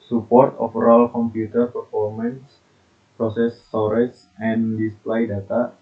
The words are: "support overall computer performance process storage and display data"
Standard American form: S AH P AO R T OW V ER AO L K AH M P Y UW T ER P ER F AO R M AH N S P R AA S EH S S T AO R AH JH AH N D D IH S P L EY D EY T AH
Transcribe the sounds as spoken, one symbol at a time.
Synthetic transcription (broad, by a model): S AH P AO R T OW F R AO L K AH M P Y UW T ER P ER F AO R M AH N S P R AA S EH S S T AO R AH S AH N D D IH S P L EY D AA T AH